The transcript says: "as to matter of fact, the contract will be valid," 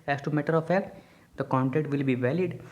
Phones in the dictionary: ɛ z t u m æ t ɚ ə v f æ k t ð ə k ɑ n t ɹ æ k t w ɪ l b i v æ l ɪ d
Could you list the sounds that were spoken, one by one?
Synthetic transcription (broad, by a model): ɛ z t u m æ t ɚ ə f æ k t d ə k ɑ n t ɛ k t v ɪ l b i v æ l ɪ d